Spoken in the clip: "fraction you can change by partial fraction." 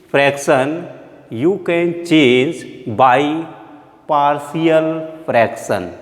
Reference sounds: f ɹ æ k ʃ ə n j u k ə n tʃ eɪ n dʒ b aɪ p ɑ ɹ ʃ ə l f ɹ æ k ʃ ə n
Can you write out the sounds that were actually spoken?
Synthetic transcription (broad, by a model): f ɹ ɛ k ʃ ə n j u k ə n tʃ eɪ n dʒ b aɪ p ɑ ɹ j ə l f ɹ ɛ k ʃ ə n